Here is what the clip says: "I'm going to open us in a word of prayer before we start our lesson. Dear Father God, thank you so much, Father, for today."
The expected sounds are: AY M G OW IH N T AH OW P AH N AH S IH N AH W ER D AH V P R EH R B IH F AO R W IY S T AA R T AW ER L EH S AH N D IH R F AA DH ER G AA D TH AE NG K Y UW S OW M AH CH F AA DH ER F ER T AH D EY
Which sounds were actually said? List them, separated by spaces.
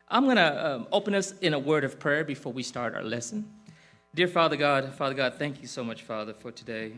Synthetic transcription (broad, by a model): AY M G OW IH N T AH OW P AH N AH S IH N AH W ER D AH V P R EH R B IH F AO R W IY S T AA R T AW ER L EH S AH N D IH R F AA DH ER G AA D TH AE NG K Y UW S OW M AH CH F AA DH ER F ER T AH D EY